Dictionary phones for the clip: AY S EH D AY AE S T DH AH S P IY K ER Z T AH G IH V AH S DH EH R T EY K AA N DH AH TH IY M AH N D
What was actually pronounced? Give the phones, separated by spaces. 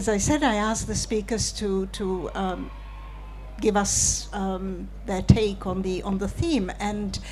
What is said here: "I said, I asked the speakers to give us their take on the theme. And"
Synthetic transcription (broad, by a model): AY S EH D AY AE S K DH AH S P IY K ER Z T AH G IH V AH S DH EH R T EY K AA N DH AH TH IY M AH N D